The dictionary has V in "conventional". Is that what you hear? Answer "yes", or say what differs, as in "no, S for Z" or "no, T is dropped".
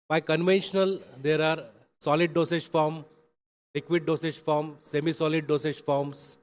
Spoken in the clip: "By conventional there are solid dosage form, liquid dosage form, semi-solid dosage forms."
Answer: yes